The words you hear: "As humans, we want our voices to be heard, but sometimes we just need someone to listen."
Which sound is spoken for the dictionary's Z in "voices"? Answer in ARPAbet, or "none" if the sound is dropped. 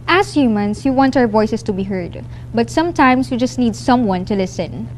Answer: S